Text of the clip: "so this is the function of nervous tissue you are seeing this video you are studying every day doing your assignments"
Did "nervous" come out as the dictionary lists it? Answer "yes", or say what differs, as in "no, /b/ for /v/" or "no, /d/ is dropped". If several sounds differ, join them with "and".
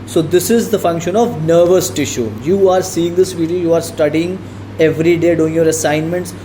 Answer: yes